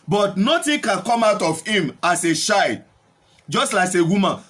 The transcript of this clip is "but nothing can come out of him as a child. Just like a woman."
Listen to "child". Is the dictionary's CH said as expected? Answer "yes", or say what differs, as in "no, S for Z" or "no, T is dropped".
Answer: no, SH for CH